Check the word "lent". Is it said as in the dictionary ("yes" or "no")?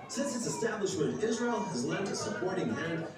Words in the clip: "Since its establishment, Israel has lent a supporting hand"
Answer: no